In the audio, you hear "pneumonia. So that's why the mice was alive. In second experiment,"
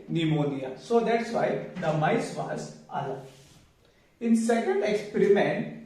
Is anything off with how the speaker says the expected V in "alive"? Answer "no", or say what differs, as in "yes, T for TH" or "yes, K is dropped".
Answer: yes, V is dropped